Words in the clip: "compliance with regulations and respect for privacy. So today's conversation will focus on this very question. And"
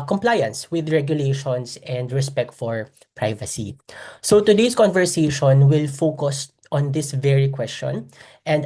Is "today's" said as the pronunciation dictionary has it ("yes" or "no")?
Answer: no